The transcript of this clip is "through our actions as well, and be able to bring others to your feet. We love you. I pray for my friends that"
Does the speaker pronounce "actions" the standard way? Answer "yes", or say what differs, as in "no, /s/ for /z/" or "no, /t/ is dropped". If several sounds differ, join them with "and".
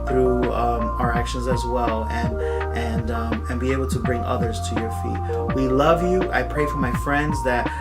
yes